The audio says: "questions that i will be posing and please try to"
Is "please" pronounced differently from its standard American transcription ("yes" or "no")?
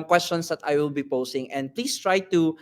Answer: yes